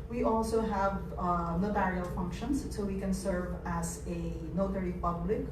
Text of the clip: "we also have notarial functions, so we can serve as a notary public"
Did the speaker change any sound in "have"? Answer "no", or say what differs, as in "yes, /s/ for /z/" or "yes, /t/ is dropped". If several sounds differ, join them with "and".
no